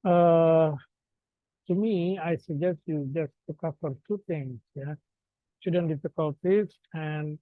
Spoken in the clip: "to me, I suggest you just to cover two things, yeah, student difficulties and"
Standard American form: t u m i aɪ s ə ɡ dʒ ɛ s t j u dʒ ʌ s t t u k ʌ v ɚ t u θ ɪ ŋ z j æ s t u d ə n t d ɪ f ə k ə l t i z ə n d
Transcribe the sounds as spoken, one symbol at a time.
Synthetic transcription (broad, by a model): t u m i aɪ s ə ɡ dʒ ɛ s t j u dʒ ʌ s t t u k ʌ f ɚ t u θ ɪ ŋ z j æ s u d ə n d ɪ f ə k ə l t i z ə n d